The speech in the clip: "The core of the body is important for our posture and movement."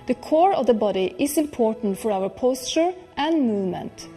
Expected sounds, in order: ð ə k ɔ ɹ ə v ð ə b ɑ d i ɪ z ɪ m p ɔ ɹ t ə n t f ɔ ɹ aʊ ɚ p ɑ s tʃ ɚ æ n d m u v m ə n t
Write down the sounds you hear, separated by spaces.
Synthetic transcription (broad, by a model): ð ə k ɔ ɹ ə v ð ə b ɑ d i ɪ s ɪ m p ɔ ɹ t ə n t f ɔ ɹ aʊ ɚ p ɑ s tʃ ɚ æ n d m u v m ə n t